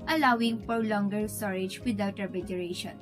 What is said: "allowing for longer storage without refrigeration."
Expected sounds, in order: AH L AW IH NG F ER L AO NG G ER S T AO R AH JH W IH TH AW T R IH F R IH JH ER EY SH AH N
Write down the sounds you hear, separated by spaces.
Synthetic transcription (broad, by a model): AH L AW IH NG P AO L AO NG G ER S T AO R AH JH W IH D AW T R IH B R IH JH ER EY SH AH N